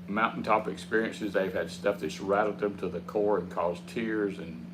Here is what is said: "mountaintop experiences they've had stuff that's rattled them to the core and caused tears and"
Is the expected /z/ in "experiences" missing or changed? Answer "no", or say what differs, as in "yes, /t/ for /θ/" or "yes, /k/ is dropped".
no